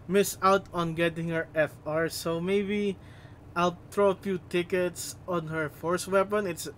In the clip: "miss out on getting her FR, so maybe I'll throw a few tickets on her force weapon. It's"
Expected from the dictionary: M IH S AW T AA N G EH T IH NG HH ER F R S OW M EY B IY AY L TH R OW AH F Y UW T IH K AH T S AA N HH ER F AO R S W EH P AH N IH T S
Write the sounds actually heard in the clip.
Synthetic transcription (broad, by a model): M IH S AW T AA N G EH T IH NG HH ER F R S OW M EY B IY AY L T R OW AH F Y UW T IH K AH T S AA N HH ER F AO R S W EH P AH N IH T S